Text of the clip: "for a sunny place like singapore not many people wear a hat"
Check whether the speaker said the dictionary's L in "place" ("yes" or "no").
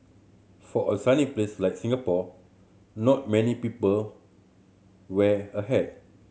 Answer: yes